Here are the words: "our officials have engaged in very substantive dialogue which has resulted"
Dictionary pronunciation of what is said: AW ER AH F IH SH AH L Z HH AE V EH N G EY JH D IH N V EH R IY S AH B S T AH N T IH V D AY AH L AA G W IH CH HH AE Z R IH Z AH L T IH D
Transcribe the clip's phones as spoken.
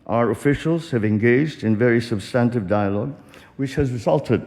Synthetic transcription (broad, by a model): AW ER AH F IH SH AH L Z HH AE V EH N G EY JH D IH N V EH R IY S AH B S T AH N T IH V D AY AH L AA G W IH CH HH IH Z R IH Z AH L T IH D